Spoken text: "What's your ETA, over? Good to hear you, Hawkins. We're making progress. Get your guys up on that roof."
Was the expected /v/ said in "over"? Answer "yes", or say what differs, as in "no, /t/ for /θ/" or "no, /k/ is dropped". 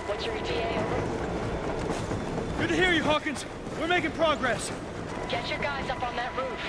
no, /v/ is dropped